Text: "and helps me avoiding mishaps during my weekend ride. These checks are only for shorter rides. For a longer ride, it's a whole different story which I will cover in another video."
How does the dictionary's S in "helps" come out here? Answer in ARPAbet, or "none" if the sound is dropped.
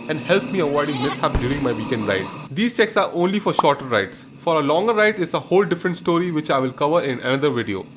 none